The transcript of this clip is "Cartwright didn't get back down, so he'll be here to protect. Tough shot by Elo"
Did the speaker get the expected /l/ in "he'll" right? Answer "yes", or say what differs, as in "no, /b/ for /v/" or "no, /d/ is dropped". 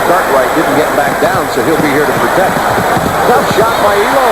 yes